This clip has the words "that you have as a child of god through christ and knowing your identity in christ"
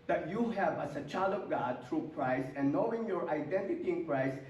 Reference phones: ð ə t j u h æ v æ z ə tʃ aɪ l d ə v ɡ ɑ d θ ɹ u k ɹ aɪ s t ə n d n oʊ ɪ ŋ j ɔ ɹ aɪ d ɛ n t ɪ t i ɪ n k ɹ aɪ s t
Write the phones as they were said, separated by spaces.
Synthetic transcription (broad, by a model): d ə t j u h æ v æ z ə tʃ aɪ l d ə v ɡ ɑ d t ɹ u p ɹ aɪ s ə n n oʊ ɪ ŋ j ɔ ɹ aɪ d ɛ n t ɪ t i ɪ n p ɹ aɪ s